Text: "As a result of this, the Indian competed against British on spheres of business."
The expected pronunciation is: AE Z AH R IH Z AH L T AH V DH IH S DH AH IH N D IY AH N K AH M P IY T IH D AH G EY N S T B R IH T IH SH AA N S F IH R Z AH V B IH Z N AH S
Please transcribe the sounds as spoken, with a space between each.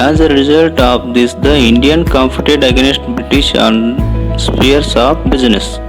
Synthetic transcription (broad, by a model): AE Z AH R IH Z AH L T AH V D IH S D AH IH N D IY AH N K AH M F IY T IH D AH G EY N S T B R IH T IH SH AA N S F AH R S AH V B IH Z N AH S